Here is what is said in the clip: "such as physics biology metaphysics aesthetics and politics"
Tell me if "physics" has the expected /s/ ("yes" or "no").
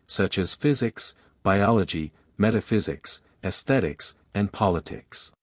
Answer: yes